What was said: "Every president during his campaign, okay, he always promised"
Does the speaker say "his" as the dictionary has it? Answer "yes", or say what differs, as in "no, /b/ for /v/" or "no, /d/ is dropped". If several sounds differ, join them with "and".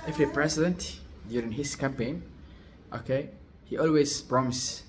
no, /s/ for /z/